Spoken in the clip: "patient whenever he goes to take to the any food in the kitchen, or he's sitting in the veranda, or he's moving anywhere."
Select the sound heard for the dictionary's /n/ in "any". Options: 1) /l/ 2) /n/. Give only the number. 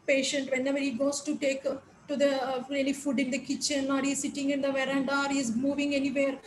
1